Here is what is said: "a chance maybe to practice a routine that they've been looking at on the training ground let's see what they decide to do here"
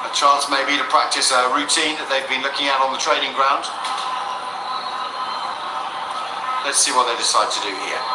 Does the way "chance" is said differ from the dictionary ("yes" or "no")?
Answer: yes